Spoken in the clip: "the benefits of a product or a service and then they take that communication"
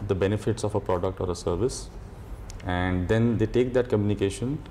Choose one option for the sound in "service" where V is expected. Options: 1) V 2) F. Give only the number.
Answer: 1